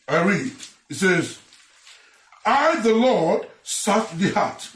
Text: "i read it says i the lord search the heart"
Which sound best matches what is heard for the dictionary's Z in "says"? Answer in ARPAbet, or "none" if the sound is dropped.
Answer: Z